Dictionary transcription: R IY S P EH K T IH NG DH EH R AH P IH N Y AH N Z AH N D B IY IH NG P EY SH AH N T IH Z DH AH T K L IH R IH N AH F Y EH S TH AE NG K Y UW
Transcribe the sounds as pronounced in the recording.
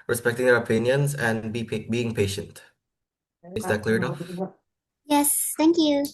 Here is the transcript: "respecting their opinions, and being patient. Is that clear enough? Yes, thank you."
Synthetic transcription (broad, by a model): R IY S P EH K T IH NG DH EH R AH P IH N Y AH N Z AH N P B IY IH NG P EY SH AH N T IH Z DH AH T K L IH R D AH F Y EH S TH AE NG K Y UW